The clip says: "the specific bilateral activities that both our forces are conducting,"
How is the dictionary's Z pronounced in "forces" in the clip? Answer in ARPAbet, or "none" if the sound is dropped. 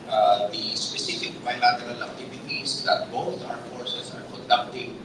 S